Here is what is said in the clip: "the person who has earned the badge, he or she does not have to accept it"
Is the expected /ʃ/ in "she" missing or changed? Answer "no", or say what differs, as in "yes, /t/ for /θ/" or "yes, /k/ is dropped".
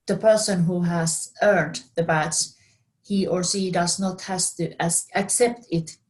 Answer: yes, /s/ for /ʃ/